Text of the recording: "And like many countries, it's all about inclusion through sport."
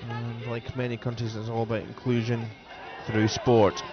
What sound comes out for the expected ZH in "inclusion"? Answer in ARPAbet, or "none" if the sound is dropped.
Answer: ZH